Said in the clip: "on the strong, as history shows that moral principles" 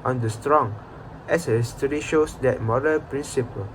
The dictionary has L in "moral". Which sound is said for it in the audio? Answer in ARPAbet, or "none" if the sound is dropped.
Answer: N